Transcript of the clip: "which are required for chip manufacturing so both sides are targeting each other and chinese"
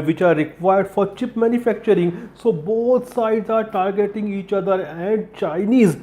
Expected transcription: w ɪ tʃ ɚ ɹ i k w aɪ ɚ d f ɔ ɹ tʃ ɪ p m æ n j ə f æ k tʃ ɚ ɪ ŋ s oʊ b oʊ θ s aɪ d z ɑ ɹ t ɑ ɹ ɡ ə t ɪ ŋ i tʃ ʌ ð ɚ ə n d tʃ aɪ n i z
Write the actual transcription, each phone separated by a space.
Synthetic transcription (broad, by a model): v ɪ tʃ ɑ ɹ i k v aɪ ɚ d f ɔ ɹ tʃ ɪ p m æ n j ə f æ k tʃ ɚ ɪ ŋ s oʊ b oʊ t s aɪ d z ɑ ɹ t ɑ ɹ ɡ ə t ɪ ŋ i tʃ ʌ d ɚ ə n d tʃ aɪ n i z